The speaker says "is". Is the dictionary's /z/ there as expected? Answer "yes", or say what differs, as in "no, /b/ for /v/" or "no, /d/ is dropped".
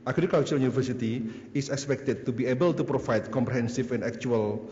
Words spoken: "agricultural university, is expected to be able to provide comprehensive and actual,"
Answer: no, /s/ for /z/